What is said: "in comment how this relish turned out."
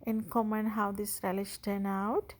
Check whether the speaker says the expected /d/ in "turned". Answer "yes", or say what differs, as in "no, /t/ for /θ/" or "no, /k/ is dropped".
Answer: no, /d/ is dropped